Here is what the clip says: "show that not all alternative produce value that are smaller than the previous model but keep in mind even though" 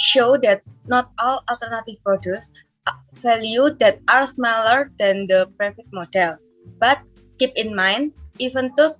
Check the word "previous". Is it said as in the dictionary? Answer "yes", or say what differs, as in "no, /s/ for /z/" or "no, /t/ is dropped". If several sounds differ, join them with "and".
no, /f/ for /v/